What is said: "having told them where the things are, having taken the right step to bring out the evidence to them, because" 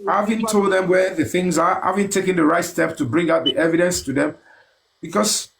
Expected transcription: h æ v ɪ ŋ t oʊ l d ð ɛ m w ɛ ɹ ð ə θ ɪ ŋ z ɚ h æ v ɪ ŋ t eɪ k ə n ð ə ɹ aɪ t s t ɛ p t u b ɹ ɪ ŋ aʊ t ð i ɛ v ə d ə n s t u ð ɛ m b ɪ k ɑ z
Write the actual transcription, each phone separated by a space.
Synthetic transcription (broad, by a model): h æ v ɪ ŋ t oʊ l d ð ɛ m w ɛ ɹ ð ə θ ɪ ŋ z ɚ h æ v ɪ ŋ t eɪ k ə n ð ə ɹ aɪ t s t ɛ p t u b ɹ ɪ ŋ aʊ t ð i ɛ v ə d ə n s t u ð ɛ m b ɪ k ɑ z